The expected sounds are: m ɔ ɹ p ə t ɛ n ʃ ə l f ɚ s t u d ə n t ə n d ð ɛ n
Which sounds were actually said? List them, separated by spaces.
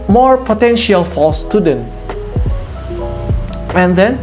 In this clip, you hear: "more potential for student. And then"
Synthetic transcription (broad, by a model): m ɔ ɹ p ə t ɛ n ʃ ə l f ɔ s t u d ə n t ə n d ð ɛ n